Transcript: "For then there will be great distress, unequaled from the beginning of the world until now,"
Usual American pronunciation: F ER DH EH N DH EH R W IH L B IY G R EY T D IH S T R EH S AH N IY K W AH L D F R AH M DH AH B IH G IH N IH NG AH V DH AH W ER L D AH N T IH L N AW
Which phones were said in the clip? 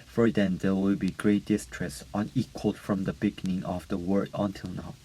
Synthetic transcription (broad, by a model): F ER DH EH N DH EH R W IH L B IY G R EY T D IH S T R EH S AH N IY K W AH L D F R AH M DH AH B IH G IH N IH NG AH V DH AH W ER D AH N T IH L N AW